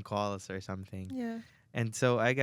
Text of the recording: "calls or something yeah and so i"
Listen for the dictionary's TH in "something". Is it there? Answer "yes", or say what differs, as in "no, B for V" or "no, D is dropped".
yes